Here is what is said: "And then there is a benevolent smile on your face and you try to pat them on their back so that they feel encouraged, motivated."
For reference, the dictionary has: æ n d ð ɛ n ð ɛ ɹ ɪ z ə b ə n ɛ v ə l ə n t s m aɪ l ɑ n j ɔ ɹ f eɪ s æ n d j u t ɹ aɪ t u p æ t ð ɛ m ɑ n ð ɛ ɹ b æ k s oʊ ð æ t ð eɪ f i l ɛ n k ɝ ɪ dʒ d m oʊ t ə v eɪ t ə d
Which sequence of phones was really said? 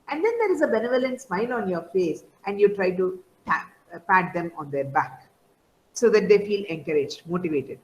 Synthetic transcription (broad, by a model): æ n d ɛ n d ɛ ɹ ɪ z ə b ə n ɛ v ə l ə n t s m aɪ l ɑ n j ɔ ɹ f eɪ s æ n d j u t ɹ aɪ t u p æ t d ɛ m ɑ n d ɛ ɹ b æ k s oʊ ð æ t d eɪ f i l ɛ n k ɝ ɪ dʒ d m oʊ t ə v eɪ t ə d